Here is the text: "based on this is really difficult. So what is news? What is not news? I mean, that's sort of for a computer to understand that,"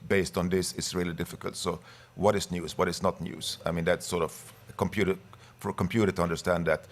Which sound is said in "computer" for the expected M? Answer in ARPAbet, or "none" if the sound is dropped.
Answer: M